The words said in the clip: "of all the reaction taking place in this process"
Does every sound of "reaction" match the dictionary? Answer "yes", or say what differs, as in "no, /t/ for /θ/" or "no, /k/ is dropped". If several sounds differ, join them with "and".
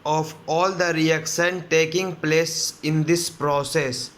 no, /s/ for /ʃ/